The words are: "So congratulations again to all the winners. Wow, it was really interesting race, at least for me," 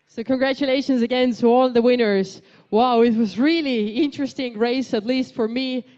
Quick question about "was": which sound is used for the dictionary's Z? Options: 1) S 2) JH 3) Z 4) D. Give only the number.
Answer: 3